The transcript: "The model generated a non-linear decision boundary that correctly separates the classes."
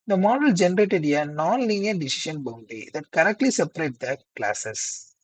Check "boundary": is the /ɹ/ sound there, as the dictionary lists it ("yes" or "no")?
no